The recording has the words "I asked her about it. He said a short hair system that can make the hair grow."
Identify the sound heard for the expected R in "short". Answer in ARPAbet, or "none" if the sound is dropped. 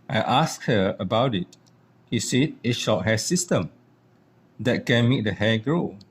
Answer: L